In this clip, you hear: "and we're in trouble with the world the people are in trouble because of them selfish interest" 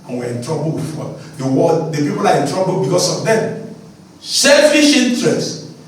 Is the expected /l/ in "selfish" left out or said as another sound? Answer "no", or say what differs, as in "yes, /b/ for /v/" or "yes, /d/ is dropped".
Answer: no